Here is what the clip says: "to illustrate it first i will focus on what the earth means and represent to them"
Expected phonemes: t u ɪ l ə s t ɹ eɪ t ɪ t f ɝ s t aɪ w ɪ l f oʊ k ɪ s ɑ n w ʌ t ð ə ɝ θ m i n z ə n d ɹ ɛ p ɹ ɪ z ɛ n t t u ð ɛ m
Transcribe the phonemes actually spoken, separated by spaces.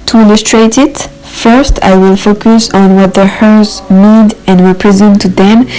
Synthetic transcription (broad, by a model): t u ɪ l ə s t ɹ eɪ t ɪ t f ɝ s t aɪ w ɪ l f oʊ k ɪ s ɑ n w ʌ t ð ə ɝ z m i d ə n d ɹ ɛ p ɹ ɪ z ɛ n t t u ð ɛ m